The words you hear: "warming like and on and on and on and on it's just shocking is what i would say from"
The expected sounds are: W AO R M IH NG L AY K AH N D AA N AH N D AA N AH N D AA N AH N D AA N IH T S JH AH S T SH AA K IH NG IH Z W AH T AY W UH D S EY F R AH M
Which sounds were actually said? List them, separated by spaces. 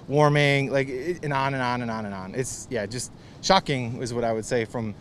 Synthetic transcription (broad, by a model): W AO R M IH NG L AY K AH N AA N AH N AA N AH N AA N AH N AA N IH T S JH AH S T SH AA K IH NG IH Z W AH T AY W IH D S EY F R AH M